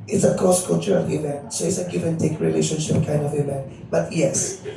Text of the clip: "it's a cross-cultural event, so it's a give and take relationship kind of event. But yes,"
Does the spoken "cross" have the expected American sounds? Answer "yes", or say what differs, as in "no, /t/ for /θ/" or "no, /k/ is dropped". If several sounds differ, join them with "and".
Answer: no, /ɹ/ is dropped